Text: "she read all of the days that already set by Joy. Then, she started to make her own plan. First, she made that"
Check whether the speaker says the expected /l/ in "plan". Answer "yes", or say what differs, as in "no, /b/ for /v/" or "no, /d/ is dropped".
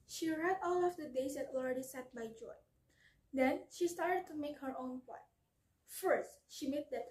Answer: no, /l/ is dropped